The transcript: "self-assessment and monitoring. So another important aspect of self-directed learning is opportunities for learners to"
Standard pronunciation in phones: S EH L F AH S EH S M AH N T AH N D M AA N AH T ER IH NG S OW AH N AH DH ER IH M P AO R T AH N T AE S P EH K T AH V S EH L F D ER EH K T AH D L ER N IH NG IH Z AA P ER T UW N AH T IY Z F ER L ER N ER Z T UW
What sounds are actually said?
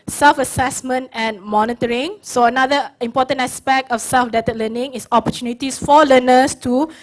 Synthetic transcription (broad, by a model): S EH L F AH S EH S M AH N T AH N M AA N AH T ER IH NG S OW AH N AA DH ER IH M P AO T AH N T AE S P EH K T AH F S EH L F D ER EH T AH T L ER N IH NG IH S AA P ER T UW N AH T IY S F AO L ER N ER S T UW